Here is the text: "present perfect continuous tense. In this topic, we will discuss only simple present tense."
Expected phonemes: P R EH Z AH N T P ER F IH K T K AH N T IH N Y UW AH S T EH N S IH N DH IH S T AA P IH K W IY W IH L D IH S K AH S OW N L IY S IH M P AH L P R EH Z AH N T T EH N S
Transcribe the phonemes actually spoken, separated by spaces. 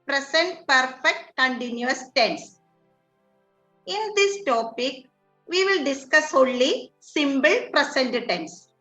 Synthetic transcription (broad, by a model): P R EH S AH N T P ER F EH K T K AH N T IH N Y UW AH S T EH N S IH N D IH S T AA P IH K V IY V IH L D IH S K AH S OW N L IY S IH M B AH L P R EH S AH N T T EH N S